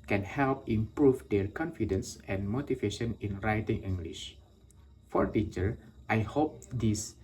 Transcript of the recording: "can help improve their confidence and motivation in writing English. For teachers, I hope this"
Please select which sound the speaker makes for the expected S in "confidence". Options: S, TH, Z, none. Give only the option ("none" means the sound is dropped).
S